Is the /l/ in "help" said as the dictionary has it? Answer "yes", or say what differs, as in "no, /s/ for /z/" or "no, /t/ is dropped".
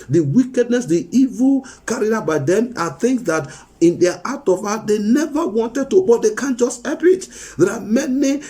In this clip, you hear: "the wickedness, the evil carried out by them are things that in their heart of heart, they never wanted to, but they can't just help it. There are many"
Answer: no, /l/ is dropped